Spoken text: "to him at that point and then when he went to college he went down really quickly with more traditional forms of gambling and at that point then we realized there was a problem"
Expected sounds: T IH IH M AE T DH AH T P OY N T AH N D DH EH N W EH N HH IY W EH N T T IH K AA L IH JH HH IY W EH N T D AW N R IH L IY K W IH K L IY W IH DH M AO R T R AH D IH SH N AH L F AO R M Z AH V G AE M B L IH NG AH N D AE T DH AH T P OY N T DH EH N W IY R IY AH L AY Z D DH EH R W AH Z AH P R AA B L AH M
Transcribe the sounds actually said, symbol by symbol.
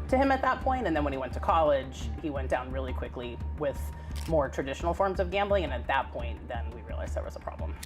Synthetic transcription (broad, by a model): T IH IH M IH T DH AH T P OY N T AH N DH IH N W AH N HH IY W EH N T T IH K AA L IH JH HH IY W EH N D AW N R IH L IY K W IH K L IY W IH DH M AO R T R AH D IH SH N L F AO R M Z AH V G AE M B L IH NG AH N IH T DH AH T P OY N DH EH N W IY R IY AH L AY Z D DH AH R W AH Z AH P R AA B L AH M